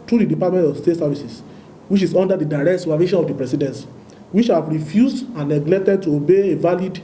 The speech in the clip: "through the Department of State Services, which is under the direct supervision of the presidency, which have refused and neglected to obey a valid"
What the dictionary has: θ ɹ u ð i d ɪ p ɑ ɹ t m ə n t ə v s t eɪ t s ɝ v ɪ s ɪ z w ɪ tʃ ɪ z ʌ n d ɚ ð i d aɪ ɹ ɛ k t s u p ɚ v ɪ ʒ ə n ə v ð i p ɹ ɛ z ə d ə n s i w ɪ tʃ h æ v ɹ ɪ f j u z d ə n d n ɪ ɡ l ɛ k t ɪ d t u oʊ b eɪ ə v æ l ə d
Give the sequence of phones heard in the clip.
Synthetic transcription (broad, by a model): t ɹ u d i d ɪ p ɑ t m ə n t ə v s t eɪ t s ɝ v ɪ s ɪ s w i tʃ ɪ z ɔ n d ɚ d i d aɪ ɹ ɛ k t s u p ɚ v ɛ ʃ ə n ə v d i p ɹ ɛ s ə d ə n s w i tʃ h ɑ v ɹ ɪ f j u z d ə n n ɪ ɡ l ɛ k t ɪ d t u oʊ b eɪ ə v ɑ l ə d